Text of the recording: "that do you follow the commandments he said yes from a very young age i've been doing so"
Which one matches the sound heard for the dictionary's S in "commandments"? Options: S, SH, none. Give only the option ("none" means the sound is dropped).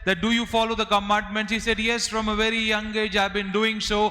none